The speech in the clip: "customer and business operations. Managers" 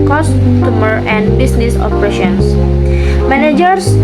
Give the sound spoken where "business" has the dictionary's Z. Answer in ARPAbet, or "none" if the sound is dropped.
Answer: S